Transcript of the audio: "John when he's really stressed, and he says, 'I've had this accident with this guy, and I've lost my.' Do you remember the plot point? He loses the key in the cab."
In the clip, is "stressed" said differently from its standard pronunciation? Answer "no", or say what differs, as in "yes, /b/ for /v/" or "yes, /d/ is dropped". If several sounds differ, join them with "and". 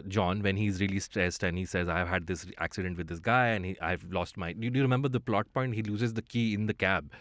yes, /ɹ/ is dropped